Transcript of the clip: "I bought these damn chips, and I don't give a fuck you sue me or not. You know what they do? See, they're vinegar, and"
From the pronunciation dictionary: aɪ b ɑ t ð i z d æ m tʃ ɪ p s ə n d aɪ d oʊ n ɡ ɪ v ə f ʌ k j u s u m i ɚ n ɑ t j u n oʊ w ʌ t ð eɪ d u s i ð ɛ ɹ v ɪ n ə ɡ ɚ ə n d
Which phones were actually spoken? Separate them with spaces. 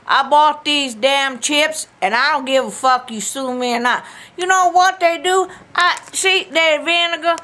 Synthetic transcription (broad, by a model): aɪ b ɑ t ð i z d æ m tʃ ɪ p s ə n aɪ d oʊ n ɡ ɪ v ə f ʌ k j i s u m i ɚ n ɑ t j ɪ n oʊ w ʌ t ð eɪ d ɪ s i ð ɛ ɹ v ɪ n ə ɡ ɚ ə